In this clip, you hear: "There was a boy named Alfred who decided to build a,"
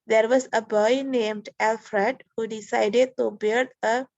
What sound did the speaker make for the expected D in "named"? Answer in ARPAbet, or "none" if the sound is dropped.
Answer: D